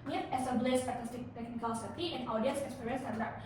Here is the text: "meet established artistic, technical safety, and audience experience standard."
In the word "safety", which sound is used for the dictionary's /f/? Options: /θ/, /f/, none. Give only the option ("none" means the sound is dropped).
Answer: none